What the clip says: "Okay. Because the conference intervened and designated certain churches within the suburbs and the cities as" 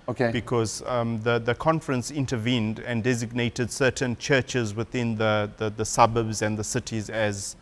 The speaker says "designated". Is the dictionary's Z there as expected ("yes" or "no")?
yes